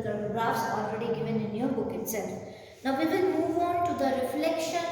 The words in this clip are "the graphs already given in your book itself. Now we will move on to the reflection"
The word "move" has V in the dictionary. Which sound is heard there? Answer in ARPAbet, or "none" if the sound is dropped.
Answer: V